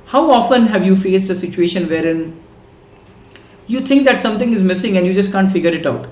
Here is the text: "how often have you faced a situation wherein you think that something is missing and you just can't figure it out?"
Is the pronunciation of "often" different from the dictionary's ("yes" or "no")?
no